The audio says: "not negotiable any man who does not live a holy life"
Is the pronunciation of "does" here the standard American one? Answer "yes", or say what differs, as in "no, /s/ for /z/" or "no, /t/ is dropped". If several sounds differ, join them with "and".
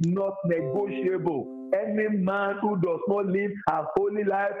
no, /s/ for /z/